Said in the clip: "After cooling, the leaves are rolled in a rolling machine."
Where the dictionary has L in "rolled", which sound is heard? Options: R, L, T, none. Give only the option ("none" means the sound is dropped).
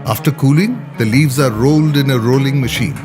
L